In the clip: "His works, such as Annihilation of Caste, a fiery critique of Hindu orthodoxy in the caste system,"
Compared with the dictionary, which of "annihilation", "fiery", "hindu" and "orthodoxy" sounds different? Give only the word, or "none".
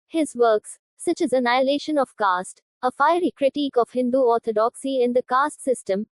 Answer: orthodoxy